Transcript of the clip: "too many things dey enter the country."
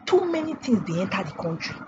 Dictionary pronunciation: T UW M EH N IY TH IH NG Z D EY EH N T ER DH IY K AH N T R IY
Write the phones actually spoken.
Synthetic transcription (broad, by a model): T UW M EH N IY T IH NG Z D EY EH N T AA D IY K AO N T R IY